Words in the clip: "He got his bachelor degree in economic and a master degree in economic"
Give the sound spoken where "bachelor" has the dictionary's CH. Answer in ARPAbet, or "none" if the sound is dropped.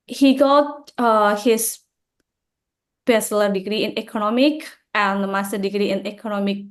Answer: S